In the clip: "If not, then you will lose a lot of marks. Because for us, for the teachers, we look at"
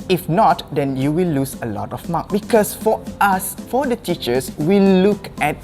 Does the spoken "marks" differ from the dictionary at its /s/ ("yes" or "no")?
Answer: yes